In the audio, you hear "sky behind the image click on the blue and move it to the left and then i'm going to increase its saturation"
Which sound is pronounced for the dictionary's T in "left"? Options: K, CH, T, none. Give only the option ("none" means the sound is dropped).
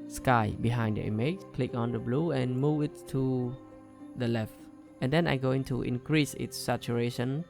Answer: T